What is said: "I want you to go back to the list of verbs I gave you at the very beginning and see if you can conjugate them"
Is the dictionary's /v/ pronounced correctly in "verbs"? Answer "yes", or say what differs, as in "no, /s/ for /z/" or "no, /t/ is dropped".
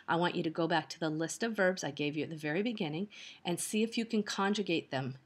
yes